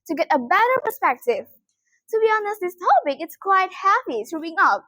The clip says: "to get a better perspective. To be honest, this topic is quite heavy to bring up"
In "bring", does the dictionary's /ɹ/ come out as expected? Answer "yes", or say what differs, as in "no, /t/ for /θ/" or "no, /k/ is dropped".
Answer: no, /ɹ/ is dropped